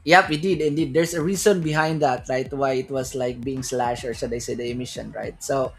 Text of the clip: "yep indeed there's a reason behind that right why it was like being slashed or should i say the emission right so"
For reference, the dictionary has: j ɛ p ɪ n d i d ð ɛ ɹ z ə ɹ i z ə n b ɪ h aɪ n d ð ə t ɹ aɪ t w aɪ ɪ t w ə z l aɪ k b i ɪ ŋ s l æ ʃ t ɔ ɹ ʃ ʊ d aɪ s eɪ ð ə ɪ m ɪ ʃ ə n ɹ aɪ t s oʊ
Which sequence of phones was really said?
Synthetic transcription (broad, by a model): j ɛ p ɪ n d i d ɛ ɹ s ə ɹ i s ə n b ɪ h aɪ n d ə t ɹ aɪ t w aɪ ɪ t w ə s l aɪ k b i ɪ ŋ s l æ ʃ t ɔ ɹ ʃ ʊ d aɪ s eɪ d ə ɪ m ɪ ʃ ə n ɹ aɪ t s oʊ